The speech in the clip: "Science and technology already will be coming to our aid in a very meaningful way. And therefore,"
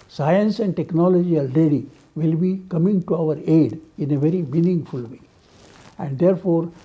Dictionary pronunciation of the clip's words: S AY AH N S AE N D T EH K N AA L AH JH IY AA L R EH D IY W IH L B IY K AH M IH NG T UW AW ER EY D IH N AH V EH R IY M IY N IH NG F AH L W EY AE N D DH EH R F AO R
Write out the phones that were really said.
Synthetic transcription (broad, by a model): S AY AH N S AE N D T EH K N AA L AH JH IY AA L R EH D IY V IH L B IY K AH M IH NG T UW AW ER EY D IH N AH V EH R IY M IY N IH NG F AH L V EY AE N D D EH R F AO R